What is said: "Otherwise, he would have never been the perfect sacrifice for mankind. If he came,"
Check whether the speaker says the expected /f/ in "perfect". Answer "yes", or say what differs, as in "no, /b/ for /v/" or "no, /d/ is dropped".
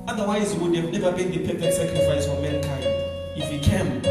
no, /p/ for /f/